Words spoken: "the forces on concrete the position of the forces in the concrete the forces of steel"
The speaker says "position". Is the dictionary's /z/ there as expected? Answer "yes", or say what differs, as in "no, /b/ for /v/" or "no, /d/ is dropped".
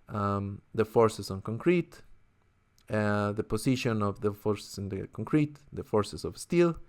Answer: no, /s/ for /z/